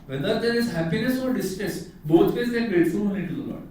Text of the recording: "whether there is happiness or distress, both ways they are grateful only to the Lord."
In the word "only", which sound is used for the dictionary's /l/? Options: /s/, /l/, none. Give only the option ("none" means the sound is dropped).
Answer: none